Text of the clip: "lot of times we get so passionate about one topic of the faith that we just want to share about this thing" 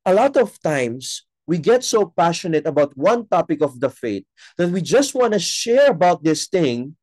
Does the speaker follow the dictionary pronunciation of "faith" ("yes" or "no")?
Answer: no